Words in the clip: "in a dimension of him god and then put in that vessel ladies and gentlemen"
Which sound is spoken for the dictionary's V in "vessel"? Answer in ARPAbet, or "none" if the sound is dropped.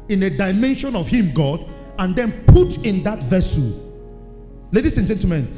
V